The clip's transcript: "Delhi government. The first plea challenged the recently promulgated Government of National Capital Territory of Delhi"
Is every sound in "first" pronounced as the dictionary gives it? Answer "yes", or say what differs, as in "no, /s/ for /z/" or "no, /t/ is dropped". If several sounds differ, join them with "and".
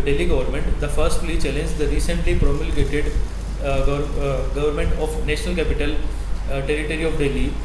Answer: yes